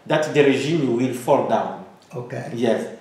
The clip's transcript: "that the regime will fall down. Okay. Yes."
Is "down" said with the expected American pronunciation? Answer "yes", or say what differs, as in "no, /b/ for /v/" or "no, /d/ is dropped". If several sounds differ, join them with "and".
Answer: yes